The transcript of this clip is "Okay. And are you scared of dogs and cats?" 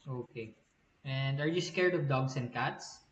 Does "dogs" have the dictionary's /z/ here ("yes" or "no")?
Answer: no